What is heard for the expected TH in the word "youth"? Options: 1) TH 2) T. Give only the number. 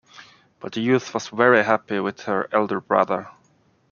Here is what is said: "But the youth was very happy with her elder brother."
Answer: 1